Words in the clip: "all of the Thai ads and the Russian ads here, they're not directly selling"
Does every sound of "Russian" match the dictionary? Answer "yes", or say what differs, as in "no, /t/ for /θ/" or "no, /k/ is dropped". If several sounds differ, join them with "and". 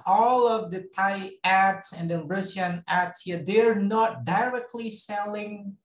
no, /s/ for /ʃ/